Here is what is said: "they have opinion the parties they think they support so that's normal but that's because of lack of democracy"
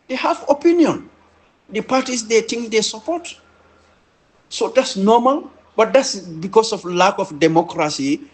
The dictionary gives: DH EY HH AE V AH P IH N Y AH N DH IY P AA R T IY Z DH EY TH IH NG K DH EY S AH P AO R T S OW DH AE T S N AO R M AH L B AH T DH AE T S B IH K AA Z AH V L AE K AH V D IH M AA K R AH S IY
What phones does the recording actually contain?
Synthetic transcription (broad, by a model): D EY HH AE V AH P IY N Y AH N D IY P AA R T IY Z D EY T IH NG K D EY S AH P AO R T S OW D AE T S N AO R M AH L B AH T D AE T S B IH K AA S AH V L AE K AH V D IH M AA K R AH S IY